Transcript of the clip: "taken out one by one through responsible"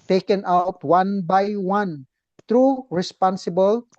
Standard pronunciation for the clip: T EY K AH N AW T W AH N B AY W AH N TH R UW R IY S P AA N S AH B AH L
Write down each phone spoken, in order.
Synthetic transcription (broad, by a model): T EY K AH N AW T W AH N B AY W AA N T R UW R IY S P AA N S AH B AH L